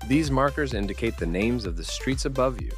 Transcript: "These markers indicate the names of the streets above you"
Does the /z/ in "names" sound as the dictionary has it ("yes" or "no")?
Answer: yes